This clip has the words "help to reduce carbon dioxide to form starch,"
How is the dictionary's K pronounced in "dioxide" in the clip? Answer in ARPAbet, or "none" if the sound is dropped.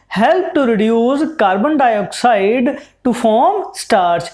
K